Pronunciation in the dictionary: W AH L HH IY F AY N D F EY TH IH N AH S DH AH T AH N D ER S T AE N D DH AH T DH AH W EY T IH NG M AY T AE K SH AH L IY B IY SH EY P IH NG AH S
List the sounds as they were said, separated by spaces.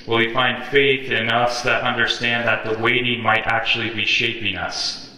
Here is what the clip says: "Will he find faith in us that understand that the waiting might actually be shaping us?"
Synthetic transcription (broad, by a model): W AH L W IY F AY N D F EY TH IH N AH S DH AH T AH N D ER S T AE N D DH AH T DH AH W EY T IH NG M AY T AE K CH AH L IY B IY SH EY P IH NG AH S